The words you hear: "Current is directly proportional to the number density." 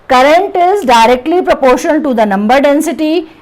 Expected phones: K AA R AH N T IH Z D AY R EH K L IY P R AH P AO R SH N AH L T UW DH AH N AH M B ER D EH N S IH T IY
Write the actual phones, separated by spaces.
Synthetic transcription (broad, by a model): K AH R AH N T IH Z D AY R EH K L IY P R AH P AO R SH AH N T UW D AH N AH M B ER D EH N S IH T IY